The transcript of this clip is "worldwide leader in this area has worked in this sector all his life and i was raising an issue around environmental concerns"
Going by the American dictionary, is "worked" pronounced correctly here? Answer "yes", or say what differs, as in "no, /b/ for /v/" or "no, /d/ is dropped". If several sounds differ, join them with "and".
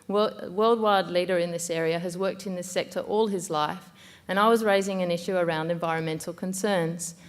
yes